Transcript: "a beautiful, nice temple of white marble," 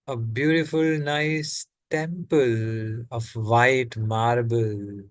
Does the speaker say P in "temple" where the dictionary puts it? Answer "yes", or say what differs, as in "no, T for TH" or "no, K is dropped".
yes